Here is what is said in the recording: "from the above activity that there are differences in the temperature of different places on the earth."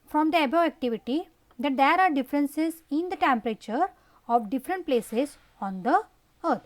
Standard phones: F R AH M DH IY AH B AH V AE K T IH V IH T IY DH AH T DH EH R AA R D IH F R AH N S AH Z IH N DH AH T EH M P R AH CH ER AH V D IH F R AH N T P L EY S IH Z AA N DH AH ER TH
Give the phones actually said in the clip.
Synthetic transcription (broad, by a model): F R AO M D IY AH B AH AE K T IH V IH T IY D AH T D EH R AA R D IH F R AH N S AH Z IH N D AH T EH M P R AH CH ER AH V D IH F R AH N T P L EY S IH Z AA N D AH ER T